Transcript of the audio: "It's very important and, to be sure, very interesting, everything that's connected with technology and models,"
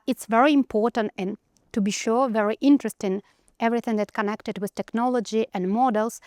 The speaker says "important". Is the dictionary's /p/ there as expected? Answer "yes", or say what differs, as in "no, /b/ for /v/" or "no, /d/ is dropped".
yes